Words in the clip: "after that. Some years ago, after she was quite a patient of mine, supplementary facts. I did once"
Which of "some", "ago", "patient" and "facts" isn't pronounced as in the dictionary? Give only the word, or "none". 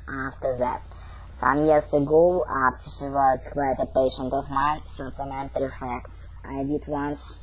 none